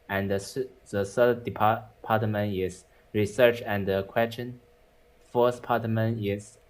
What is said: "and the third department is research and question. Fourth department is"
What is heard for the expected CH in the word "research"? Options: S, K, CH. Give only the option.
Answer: CH